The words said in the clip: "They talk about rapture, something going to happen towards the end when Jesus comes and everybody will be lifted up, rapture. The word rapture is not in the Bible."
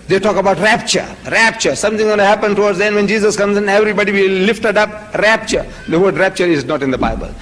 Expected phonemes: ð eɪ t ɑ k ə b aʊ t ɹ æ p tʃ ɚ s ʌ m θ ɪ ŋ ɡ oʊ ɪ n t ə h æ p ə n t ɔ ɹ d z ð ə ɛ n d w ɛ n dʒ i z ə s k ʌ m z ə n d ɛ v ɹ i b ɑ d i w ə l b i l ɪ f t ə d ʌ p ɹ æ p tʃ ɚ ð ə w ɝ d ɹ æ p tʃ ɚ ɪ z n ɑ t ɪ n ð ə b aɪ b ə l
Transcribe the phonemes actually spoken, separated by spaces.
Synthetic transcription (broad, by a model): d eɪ t ɑ k ə b aʊ t ɹ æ p tʃ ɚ s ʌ m t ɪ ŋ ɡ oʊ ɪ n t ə h æ p ə n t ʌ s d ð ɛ n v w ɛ n dʒ i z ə s k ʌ m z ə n ɛ v ɹ i b ɑ d i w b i l ɪ f t ə d ʌ p ɹ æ p tʃ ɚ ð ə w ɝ d ɹ æ p tʃ ɚ ɪ z n ɑ t ɪ n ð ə b aɪ b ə l